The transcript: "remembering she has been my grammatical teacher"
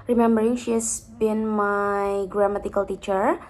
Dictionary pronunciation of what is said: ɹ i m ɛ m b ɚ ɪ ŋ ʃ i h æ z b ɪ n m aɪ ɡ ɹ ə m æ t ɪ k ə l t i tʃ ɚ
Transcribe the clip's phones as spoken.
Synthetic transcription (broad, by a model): ɹ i m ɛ m b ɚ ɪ ŋ ʃ i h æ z b ɪ n m aɪ ɡ ɹ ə m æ t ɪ k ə l t i tʃ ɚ